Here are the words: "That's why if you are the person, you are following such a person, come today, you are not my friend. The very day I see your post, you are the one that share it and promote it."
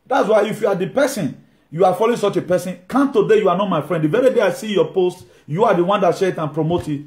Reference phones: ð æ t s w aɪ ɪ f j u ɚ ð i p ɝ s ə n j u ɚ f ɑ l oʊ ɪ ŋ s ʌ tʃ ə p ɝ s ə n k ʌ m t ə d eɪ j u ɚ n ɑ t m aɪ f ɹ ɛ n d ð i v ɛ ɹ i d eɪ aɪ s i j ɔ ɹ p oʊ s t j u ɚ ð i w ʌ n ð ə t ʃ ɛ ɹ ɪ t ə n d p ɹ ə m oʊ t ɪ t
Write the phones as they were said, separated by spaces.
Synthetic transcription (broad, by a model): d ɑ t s w aɪ ɪ f j u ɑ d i p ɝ s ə n j u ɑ f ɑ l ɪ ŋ s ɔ tʃ ə p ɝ s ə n k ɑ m t ə d eɪ j u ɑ n ɑ t m aɪ f ɹ ɛ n d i v ɛ ɹ i d eɪ aɪ s i j ɔ p oʊ s t j u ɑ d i w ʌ n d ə t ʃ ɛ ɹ ɪ t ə n p ɹ ə m oʊ t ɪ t